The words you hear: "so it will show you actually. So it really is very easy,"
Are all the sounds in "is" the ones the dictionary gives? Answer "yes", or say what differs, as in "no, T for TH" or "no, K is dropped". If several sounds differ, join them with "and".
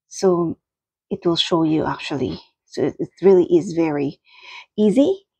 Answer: yes